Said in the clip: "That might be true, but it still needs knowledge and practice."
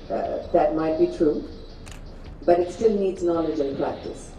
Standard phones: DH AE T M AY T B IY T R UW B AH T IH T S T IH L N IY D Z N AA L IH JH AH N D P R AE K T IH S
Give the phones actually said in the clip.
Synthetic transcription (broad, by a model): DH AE T M AY T B IY T R UW B AH T IH T S T IH L N IY D Z N AA L IH JH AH N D P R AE K T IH S